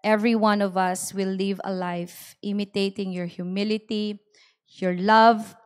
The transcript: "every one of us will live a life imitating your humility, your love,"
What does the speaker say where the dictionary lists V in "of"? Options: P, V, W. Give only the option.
V